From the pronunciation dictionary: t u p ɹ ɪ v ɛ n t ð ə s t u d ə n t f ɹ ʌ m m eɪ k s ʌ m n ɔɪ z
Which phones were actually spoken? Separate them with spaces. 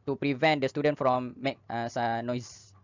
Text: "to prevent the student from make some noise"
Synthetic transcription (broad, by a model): t u p ɹ ɪ v ɛ n t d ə s t u d ə n t f ɹ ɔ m m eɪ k s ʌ n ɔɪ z